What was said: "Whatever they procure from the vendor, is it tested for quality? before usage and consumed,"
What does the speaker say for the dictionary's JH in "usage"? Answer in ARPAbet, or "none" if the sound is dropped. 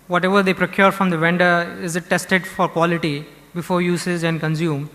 Z